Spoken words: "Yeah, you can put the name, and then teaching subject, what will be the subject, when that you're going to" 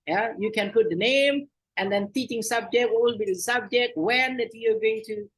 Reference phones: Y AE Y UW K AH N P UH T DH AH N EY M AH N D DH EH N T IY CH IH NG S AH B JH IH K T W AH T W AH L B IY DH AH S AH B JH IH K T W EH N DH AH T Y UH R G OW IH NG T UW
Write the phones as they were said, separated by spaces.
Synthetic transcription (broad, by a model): Y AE Y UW K AH N P UH T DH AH N EY M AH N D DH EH N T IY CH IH NG S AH B JH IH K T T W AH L B IY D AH S AH B JH IH K T W EH N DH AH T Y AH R G OW IH NG T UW